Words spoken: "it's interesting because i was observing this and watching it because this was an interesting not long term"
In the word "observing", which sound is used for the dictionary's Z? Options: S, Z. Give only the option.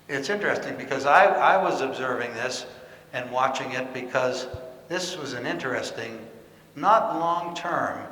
Z